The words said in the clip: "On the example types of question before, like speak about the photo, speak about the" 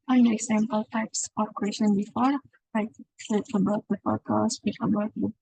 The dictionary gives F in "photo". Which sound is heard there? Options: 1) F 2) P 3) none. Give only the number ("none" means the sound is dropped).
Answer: 2